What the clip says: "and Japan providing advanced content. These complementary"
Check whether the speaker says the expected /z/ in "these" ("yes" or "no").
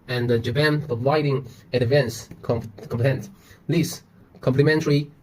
no